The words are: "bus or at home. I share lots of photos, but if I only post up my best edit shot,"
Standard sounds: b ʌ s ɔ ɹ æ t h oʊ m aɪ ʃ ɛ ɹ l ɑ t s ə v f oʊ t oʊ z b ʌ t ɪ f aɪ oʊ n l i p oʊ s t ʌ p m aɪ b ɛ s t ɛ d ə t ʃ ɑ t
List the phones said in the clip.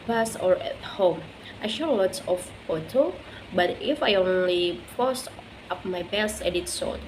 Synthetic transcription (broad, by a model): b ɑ s ɔ ɹ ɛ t h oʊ m aɪ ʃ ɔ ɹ l ɑ t s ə f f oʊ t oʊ b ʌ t ɪ f aɪ oʊ n l i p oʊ s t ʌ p m aɪ b ɛ s t ɛ d ə t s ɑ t